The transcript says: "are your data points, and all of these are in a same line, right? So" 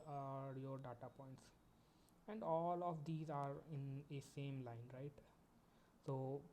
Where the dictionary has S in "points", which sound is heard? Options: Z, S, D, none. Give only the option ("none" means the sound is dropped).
S